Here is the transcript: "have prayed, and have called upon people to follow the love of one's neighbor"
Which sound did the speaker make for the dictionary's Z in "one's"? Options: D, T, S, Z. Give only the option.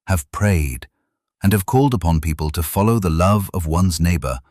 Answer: Z